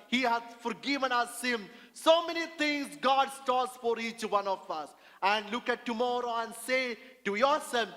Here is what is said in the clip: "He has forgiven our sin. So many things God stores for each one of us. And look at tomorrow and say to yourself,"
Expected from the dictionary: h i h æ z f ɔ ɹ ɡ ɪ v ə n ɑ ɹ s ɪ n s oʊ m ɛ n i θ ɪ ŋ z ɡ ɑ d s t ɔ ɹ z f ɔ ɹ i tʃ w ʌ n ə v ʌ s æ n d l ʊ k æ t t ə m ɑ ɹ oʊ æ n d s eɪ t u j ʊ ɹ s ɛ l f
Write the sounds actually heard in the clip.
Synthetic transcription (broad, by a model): h i h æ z f ɔ ɹ ɡ ɪ v ə n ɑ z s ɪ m s oʊ m ɛ n i t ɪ ŋ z ɡ ɑ d s t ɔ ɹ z f ɔ ɹ i tʃ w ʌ n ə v ʌ s æ n d l ʊ k æ t t ə m ɑ ɹ oʊ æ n d s eɪ t u j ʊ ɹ s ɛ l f